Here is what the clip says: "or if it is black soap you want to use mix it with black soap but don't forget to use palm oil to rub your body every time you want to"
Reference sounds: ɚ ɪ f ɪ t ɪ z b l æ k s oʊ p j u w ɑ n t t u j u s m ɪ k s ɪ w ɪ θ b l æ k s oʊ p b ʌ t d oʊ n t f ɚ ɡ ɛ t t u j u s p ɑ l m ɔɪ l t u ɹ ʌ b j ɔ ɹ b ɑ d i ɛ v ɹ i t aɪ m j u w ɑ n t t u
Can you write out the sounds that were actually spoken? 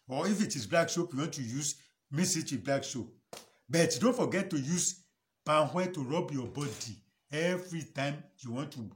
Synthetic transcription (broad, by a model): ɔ ɪ f ɪ t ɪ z b l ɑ k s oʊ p j u w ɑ n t t u j u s m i s ɪ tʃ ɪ b l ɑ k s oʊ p b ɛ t d oʊ n t f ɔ ɡ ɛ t t u j u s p ɑ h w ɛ t u ɹ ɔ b j ɔ b ɑ d i ɛ v ɹ i t aɪ m j u w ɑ n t t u